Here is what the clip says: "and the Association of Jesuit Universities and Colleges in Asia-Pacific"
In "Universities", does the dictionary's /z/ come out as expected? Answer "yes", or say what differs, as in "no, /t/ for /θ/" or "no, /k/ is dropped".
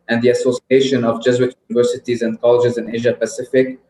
yes